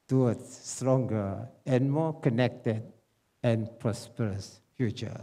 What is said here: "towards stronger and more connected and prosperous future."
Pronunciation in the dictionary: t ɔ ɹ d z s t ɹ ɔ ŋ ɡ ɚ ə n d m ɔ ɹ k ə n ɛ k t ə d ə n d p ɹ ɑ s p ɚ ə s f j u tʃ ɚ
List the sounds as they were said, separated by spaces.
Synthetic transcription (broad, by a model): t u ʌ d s s t ɹ ɔ ŋ ɡ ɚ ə n m ɔ k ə n ɛ k t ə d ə n p ɹ ɑ s p ɚ ə s f j u tʃ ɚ